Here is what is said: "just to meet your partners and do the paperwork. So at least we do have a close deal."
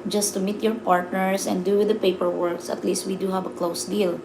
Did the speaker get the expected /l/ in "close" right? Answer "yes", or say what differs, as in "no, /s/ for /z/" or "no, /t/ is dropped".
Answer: yes